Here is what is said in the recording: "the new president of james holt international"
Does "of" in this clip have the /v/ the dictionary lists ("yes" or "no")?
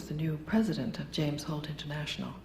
yes